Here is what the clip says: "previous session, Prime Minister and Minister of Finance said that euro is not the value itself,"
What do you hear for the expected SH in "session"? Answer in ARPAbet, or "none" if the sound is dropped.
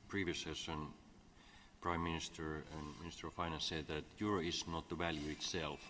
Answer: S